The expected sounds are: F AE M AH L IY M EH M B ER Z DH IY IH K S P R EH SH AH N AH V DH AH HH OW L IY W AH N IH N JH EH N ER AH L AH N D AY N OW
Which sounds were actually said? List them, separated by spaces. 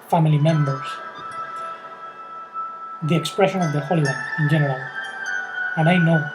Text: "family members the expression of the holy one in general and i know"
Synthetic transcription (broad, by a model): F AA M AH L IY M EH M B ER S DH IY IH K S P R EH SH AH N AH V DH AH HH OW L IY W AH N IH N JH EH N ER AH L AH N AY N OW